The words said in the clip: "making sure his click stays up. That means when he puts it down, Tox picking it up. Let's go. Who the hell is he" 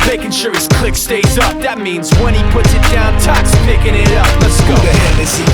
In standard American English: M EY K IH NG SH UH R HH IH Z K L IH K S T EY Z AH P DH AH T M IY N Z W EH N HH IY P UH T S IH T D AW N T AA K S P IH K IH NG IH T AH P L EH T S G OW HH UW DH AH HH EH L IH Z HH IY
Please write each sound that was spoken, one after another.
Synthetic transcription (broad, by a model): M EY K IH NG SH UH R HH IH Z K L IH K S T EY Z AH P DH AH T M IY N Z W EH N IY P UH T S IH T D AW N T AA K S P IH K IH NG IH T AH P N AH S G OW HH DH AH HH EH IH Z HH